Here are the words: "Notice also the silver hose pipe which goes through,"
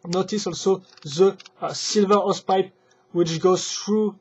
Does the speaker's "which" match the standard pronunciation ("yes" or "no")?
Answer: yes